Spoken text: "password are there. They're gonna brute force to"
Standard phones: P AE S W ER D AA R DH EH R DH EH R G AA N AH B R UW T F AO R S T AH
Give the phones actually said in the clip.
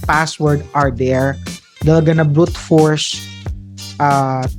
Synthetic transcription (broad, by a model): P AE S W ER D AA R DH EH R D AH L G AA N AH B R UW T F AO R S T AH